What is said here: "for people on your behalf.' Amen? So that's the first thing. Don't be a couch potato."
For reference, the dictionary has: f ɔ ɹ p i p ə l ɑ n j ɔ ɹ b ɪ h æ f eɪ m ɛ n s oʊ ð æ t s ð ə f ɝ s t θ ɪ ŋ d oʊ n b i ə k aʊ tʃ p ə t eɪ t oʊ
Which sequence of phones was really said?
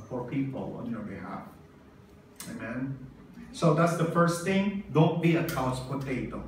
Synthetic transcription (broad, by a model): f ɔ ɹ p i p ə l ɑ n j ɔ ɹ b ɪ h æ f eɪ m ɛ n s oʊ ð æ t s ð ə f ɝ s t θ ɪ ŋ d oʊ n b i ə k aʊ s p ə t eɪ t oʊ